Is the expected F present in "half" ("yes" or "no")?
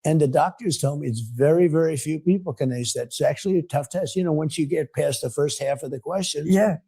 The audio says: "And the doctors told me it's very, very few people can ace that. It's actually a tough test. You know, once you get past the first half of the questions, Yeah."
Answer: yes